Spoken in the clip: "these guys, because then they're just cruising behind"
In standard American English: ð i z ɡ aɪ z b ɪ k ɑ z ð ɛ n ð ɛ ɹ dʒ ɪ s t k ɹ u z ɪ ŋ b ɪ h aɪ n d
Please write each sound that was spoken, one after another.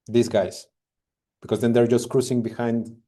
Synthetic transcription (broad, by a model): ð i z ɡ aɪ s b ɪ k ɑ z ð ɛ n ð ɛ ɹ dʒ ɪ s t k ɹ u s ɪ ŋ b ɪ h aɪ n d